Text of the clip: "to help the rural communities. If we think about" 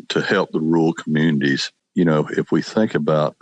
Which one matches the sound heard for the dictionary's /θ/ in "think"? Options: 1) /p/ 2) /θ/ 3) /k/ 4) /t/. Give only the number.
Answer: 2